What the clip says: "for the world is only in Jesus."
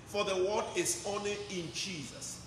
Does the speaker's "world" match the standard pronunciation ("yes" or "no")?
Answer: no